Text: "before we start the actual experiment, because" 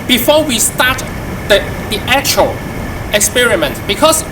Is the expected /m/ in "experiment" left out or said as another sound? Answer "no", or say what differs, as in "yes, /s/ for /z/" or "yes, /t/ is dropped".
no